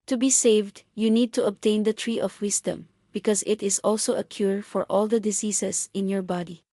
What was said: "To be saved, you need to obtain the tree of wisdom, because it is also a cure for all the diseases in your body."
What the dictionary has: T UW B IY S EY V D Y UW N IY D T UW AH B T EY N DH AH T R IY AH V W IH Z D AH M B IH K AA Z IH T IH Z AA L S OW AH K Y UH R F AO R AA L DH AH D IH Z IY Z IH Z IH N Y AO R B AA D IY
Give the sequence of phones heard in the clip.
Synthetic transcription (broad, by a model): T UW B IY S EY V D Y UW N IY D T UW AH B T EY N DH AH T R IY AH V W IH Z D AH M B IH K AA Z IH T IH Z AA L S OW AH K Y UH R F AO R AA L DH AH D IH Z IY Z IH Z IH N Y AO R B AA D IY